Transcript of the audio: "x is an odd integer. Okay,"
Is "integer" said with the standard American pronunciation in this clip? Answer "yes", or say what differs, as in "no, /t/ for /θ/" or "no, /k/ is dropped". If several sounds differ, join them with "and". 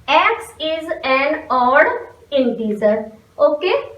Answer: no, /z/ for /dʒ/